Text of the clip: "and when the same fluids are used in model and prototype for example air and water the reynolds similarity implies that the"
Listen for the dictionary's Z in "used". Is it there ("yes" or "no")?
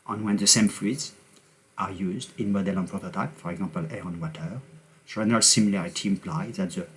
yes